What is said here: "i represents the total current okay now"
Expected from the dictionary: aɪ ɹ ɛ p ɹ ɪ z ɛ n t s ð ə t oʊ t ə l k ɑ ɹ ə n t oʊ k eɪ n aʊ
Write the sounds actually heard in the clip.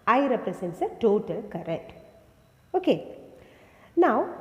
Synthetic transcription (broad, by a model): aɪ ɹ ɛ p ɹ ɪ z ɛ n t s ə t oʊ t ə l k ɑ ɹ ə t oʊ k eɪ n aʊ